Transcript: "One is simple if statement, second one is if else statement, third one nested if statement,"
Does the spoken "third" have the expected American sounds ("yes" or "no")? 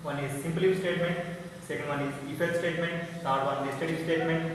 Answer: no